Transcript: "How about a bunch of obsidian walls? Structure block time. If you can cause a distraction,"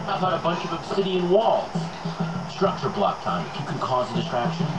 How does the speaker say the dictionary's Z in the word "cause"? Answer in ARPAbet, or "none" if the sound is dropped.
Z